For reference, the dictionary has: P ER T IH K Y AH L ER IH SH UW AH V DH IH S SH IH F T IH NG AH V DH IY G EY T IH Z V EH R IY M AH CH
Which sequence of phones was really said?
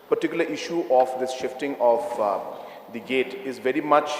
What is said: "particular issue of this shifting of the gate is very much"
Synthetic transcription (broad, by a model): P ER T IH K Y L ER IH SH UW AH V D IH S SH IH F T IH NG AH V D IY G EY T IH Z V EH R IY M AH CH